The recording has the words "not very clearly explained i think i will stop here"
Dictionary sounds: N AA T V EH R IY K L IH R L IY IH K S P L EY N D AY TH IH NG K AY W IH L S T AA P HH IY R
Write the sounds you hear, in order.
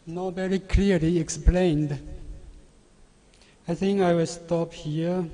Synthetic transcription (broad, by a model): N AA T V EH R IY K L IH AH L IY IH K S P L EY N D AY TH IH NG K AY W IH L S T AA P HH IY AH